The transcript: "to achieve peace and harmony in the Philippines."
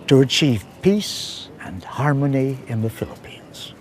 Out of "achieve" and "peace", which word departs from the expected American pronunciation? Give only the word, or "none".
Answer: none